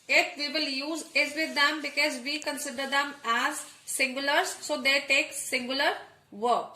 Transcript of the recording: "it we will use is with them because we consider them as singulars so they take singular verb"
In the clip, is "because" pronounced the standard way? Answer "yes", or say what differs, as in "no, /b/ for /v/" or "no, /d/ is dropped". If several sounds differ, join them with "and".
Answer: yes